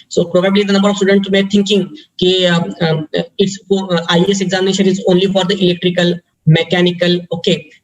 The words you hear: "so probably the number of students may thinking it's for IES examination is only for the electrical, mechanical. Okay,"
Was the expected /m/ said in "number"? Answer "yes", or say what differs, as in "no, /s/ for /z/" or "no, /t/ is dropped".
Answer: no, /m/ is dropped